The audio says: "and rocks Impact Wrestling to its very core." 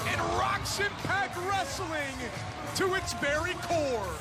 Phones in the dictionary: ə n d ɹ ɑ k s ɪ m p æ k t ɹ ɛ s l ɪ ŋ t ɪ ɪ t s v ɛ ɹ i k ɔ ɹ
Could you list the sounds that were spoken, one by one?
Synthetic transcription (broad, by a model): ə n ɹ ɑ k ʃ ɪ p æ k ɹ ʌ s l ɪ ŋ t ɪ ɪ t s b ɛ ɹ i k ɔ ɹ